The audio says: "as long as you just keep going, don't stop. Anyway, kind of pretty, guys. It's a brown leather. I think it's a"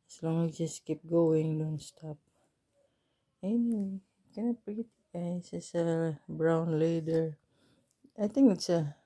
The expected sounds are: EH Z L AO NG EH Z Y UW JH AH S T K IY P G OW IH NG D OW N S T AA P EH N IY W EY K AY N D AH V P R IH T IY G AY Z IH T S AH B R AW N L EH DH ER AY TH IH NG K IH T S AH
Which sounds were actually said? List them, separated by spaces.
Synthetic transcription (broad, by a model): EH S L AO NG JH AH S K IY P G OW IH NG D OW N S T AA P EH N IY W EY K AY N AH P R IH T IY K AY S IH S AH B R AW N L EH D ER AY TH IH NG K IH T S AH